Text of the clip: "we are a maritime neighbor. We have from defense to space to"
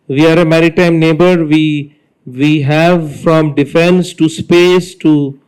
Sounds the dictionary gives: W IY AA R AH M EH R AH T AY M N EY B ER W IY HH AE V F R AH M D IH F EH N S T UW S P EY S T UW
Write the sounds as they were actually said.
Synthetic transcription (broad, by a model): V IY AA R AH M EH R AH T AY M N EY B ER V IY HH AE V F R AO M D IH F EH N S T UW S P EY S T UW